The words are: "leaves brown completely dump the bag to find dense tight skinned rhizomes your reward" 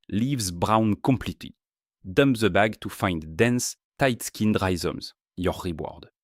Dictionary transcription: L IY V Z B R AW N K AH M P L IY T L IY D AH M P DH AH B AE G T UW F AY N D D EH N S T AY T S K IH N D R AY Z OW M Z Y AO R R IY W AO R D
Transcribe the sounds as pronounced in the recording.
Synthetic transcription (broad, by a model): L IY V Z B R AW N K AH M P L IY T IY D AH M P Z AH B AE G T UW F AY N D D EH N S T AY T S K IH N D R AY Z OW M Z Y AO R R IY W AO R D